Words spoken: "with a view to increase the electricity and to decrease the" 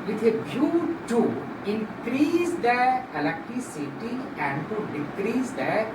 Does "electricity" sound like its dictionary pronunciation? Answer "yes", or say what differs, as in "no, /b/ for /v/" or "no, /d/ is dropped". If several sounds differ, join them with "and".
no, /ɹ/ is dropped